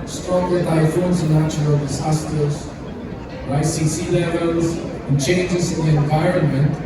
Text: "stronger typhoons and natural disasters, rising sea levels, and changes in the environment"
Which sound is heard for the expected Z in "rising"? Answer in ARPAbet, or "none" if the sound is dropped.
S